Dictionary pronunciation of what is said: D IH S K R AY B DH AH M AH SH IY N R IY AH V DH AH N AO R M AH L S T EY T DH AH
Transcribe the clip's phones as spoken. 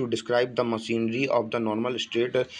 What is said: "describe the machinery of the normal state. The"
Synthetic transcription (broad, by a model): D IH S K R AY B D AH M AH S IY N R IY AH V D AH N AO R M AH L S T EY T